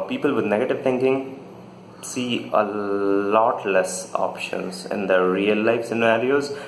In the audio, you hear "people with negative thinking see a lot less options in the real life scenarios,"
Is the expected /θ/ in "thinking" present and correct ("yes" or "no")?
no